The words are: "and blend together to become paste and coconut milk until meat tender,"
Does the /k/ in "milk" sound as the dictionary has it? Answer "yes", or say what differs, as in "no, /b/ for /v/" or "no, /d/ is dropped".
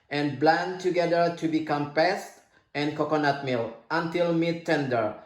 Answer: no, /k/ is dropped